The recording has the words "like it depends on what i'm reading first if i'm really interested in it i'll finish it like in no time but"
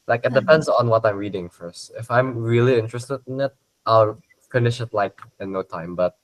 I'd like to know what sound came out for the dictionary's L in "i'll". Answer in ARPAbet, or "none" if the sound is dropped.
L